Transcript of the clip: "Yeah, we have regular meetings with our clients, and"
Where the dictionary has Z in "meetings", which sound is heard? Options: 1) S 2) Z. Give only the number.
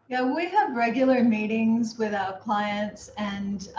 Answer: 2